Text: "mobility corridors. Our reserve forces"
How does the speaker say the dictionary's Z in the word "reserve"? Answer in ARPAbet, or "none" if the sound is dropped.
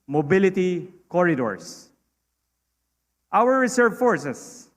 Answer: S